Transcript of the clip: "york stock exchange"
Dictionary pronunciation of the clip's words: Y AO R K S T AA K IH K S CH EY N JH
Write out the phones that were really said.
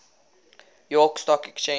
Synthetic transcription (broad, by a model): Y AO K S T AA K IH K CH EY